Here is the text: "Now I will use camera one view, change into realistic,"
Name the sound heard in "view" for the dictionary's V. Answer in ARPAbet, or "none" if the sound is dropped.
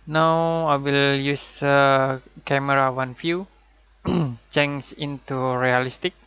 F